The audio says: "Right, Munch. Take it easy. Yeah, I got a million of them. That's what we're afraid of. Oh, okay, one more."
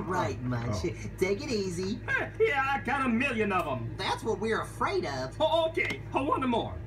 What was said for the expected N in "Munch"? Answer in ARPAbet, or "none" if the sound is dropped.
none